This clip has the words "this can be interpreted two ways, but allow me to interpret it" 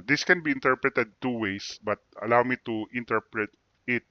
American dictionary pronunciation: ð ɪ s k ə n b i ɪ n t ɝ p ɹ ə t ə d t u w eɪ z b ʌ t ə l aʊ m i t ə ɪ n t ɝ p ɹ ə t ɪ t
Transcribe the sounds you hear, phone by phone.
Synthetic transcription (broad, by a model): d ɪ s k ə n b i ɪ n t ɝ p ɹ ə t ə d t u w eɪ s b ʌ t ə l aʊ m i t ə ɪ n t ɝ p ɹ ə t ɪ t